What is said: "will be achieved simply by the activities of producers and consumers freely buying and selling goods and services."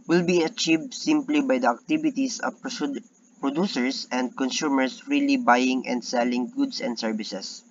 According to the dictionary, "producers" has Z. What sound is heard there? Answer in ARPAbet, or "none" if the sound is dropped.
S